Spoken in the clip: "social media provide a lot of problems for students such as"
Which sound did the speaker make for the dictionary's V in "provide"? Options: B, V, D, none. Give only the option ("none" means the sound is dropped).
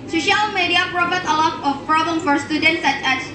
B